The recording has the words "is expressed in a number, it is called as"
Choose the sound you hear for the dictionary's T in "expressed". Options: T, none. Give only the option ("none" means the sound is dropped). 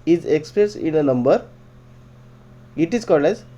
none